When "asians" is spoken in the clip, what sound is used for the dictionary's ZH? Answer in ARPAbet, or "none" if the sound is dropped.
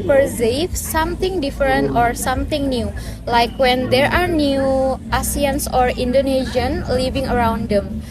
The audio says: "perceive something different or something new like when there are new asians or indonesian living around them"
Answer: S